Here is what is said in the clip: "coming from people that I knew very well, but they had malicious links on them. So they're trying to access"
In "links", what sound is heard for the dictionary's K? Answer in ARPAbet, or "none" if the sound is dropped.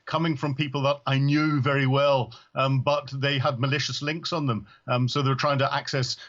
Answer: K